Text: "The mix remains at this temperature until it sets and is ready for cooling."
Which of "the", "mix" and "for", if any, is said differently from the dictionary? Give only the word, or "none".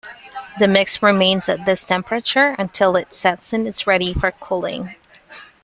none